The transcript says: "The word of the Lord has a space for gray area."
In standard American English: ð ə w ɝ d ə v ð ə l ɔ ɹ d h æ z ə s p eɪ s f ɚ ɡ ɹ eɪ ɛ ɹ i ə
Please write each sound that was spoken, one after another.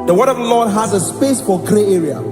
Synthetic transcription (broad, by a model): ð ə w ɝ d ə v ð ə l ɔ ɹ d h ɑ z ə s p eɪ s f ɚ ɡ ɹ eɪ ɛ ɹ i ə